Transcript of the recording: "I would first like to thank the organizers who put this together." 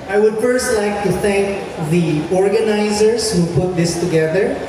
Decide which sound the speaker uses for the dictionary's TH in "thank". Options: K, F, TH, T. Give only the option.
T